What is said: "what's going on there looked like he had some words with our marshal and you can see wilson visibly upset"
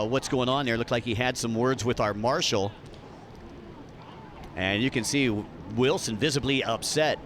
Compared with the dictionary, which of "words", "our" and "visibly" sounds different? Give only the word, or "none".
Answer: none